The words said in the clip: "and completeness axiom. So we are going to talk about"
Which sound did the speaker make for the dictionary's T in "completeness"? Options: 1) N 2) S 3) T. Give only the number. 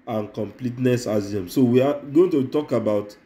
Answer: 3